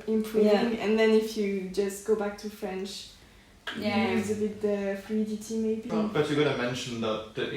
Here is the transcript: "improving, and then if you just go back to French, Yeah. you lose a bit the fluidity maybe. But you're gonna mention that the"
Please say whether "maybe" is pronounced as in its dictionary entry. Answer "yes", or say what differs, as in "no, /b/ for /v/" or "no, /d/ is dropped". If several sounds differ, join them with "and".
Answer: yes